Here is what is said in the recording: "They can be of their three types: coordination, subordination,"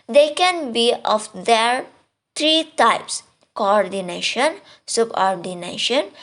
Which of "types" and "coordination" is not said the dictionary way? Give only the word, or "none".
none